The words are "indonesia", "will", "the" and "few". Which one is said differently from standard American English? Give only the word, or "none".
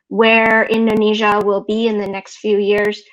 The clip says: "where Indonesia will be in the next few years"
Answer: none